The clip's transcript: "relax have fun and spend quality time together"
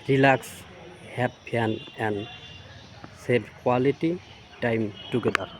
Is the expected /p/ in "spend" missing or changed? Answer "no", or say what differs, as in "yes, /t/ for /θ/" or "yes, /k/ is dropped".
yes, /p/ is dropped